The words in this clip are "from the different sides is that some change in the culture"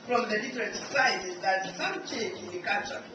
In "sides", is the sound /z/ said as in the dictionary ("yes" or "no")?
no